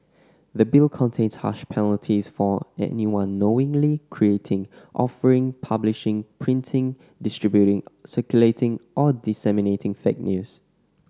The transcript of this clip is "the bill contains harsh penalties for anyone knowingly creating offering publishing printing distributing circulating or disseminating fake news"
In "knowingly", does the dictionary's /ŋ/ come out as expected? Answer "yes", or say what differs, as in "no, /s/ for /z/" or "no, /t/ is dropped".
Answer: yes